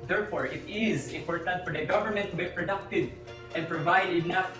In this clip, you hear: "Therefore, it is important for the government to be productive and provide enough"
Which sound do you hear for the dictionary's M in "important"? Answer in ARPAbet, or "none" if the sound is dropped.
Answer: none